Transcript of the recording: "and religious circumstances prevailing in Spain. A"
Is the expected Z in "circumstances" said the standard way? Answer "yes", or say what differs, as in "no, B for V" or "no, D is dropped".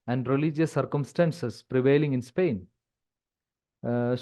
no, S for Z